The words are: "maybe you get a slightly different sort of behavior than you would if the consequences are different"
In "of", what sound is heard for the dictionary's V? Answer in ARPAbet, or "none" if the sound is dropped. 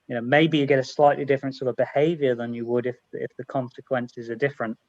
V